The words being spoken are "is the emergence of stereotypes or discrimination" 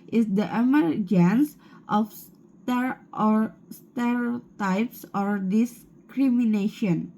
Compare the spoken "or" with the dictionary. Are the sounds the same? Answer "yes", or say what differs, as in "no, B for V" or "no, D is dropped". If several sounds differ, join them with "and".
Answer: yes